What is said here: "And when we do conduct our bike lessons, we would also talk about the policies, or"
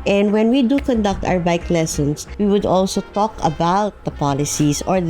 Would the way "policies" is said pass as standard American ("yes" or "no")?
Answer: no